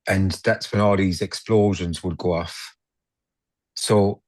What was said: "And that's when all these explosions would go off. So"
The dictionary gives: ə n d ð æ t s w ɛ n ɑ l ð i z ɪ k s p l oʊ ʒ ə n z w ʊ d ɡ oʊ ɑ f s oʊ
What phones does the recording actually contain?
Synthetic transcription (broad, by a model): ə n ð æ t s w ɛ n ɑ l ð i z ɪ k s p l oʊ ʒ ə n z w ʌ d ɡ oʊ ɑ f s oʊ